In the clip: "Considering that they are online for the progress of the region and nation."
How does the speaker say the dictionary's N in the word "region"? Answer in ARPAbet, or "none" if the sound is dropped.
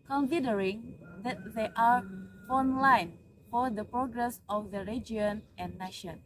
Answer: none